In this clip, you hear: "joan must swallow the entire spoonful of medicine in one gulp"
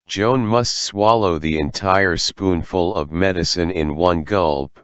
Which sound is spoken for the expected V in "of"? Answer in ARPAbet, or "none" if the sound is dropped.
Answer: V